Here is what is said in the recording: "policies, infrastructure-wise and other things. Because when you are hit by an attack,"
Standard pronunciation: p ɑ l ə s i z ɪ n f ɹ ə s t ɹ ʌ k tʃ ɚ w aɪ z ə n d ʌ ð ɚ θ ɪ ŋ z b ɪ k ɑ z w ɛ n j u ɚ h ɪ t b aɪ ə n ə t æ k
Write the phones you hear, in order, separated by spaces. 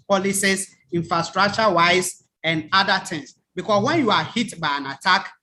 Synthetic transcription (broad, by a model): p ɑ l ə s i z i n f ɹ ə s t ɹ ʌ k tʃ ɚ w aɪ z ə n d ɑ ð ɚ t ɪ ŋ s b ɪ k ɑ s w ɛ n j u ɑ h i t b aɪ ə n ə t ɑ k